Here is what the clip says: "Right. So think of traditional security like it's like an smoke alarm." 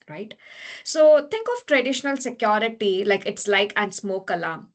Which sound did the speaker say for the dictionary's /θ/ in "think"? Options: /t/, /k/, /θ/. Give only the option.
/t/